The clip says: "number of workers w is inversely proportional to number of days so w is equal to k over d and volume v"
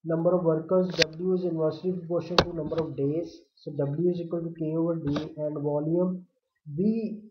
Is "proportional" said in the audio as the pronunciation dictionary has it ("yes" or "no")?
no